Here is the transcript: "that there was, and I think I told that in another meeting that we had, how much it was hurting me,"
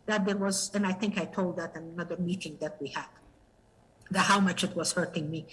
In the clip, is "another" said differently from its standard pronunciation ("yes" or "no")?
no